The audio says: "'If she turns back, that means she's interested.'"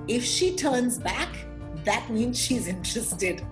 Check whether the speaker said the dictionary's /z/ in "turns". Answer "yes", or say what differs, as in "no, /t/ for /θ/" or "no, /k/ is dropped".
yes